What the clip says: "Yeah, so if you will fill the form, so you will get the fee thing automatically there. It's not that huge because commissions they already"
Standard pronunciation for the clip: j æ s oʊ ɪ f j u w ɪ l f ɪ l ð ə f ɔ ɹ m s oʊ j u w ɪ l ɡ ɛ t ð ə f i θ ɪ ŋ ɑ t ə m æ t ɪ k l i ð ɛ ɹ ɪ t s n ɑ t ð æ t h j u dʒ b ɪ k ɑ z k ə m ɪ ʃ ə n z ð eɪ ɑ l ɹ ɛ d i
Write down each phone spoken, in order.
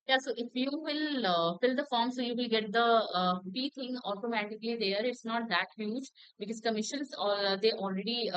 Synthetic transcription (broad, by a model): j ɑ s oʊ ɪ f j u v ɪ l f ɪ l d ə f ɔ ɹ m s oʊ j u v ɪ l ɡ ɛ t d ə p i t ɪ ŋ ɑ t ə m æ t ɪ k l i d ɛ ɹ ɪ t s n ɑ t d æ t h j u dʒ b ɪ k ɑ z k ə m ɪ ʃ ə n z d eɪ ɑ l ɹ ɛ d i